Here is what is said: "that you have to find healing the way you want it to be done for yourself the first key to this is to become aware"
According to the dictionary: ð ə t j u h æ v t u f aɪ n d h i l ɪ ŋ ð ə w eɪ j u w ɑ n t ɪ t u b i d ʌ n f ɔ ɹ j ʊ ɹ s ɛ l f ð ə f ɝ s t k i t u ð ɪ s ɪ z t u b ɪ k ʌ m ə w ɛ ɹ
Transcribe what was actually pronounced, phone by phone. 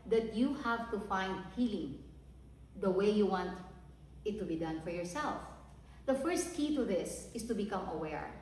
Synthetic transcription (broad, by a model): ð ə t j u h æ v t u f aɪ n d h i l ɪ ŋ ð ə w eɪ j u w ɑ n t ɪ t u b i d ʌ n f ɔ ɹ j ʊ ɹ s ɛ l f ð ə f ɝ s t k i t u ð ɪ s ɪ s t u b ɪ k ʌ m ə w ɛ ɹ